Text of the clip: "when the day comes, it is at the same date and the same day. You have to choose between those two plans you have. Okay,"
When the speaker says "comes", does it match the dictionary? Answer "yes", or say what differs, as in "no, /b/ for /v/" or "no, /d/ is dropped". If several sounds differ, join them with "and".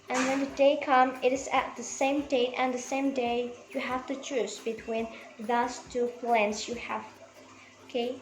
no, /z/ is dropped